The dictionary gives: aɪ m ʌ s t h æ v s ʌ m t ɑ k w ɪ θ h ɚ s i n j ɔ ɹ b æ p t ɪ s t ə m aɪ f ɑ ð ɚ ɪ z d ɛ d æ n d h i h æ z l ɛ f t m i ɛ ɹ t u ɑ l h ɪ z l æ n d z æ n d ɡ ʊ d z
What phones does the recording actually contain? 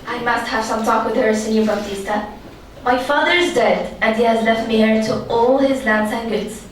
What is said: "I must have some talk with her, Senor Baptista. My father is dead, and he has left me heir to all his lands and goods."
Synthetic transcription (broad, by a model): aɪ m ʌ s t h æ v s ʌ m t ɑ k w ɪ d h ɚ s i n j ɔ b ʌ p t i s t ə m aɪ f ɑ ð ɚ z d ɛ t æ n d h i h æ z l ɛ f t m i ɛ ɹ t u ɑ l h ɪ z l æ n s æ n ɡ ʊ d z